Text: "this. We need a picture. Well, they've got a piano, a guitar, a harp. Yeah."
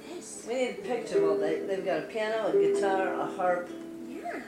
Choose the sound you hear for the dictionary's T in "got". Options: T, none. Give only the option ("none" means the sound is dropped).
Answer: T